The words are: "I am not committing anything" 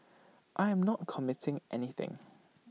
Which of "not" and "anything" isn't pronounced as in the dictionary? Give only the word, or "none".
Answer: none